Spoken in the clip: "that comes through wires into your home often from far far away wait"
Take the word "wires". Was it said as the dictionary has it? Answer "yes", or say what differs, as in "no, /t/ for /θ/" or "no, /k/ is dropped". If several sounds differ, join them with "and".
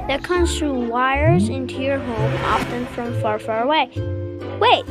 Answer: yes